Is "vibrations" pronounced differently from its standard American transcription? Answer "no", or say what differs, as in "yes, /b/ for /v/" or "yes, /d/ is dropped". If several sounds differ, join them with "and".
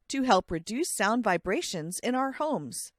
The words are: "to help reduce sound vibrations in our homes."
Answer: no